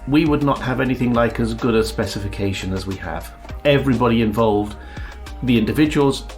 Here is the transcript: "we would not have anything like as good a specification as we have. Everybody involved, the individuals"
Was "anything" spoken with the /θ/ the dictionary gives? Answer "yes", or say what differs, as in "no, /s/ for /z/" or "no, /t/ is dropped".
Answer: yes